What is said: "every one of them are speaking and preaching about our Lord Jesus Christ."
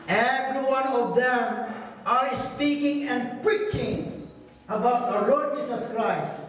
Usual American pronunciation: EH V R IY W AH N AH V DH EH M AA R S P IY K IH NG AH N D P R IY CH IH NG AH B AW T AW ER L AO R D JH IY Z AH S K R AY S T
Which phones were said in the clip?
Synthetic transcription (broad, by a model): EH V R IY W AH N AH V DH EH M AA R S P IY K IH NG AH N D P R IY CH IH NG AH B AW T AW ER L AO R D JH IY S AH S K R AY S T